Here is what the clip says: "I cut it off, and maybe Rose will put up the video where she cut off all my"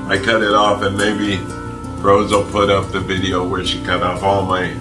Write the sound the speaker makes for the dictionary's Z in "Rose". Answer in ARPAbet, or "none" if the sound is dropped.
Z